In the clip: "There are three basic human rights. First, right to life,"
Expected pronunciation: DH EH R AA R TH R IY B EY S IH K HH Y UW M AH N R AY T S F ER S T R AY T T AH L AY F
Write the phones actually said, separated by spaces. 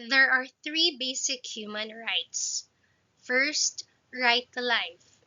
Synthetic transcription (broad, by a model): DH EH R AA R TH R IY B EY S IH K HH Y UW M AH N R AY T S F ER S T R AY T T AH L AY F